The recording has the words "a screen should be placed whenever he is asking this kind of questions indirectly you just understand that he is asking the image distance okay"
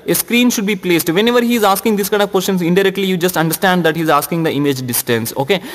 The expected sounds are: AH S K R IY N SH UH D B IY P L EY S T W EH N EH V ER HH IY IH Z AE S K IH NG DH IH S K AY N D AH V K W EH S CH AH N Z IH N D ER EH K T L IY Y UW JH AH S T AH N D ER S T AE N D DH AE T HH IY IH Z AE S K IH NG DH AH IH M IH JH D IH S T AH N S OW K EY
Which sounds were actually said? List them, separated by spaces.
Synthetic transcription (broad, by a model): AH S K R IY N SH UH D B IY P L EY S T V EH N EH V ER HH IY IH Z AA S K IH NG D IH S K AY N AH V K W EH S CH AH N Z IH N D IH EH K T L IY Y UW JH AH S T AH N D ER S T AE N D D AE T HH IY Z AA S K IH NG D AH IH M IH JH D IH S T AH N S OW K EY